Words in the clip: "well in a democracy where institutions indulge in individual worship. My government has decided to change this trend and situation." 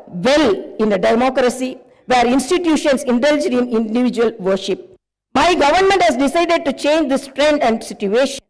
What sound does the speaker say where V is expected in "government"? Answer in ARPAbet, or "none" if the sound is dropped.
V